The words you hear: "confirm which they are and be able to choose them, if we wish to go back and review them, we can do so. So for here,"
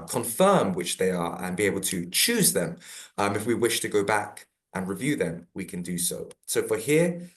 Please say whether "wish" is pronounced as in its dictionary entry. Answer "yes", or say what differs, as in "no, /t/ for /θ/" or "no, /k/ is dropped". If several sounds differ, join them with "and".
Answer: yes